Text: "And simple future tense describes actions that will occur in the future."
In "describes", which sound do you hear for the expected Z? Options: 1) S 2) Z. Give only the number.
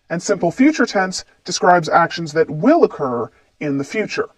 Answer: 2